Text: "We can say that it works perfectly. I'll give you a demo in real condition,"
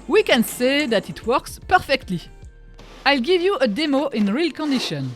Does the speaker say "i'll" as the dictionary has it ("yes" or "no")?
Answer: yes